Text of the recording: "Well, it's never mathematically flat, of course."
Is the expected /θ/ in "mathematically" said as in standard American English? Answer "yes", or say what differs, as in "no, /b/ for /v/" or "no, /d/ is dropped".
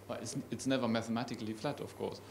yes